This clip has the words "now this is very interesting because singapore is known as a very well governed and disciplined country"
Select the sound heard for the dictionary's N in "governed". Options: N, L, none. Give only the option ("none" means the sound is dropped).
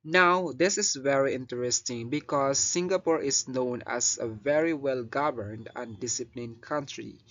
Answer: N